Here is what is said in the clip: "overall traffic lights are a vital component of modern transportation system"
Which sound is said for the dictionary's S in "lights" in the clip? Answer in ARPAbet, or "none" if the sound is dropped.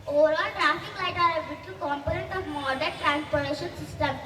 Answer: none